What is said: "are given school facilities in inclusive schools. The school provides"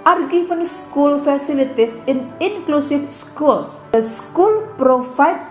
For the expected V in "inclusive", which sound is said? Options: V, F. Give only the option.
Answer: F